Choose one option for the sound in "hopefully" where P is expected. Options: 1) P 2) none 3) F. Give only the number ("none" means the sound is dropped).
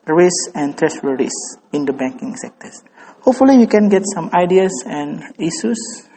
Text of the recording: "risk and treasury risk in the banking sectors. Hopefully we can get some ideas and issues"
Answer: 1